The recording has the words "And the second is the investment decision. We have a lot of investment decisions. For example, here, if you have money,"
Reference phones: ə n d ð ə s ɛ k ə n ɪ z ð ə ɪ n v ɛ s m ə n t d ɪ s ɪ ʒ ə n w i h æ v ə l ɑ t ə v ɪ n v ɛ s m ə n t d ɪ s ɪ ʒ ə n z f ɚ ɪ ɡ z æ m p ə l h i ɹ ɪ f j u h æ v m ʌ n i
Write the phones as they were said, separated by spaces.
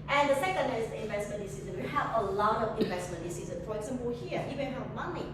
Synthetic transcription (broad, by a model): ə n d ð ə s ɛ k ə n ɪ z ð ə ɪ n v ɛ s m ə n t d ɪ s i z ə n w i h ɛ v ə l ɑ t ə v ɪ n v ɛ s m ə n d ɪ s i z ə n f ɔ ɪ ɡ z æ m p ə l h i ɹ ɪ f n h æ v m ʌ n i